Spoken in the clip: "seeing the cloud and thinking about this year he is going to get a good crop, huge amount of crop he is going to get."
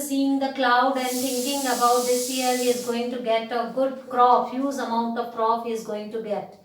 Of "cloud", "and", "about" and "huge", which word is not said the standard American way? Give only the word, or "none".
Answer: huge